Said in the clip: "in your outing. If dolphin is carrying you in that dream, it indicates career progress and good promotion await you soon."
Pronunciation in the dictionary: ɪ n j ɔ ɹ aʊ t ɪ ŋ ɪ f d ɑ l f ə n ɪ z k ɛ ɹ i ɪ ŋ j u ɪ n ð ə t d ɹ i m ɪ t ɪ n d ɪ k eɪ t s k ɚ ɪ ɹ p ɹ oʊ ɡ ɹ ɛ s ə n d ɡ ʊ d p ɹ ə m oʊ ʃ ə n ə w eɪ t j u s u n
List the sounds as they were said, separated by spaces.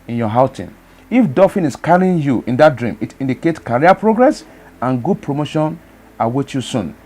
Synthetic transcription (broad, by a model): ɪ n j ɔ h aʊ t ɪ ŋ ɪ f d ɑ f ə n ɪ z k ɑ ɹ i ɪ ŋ j u ɪ n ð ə t d ɹ i m ɪ t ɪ n d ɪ k eɪ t k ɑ ɹ p ɹ oʊ ɡ ɹ ɛ s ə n ɡ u d p ɹ ə m oʊ ʃ ə n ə w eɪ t j u s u n